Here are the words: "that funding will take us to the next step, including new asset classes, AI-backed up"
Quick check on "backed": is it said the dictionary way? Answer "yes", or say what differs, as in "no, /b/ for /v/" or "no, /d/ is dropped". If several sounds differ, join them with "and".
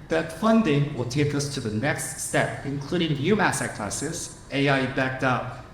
yes